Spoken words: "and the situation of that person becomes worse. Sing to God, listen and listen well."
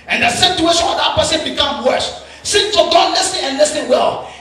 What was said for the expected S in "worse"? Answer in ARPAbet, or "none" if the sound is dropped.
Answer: SH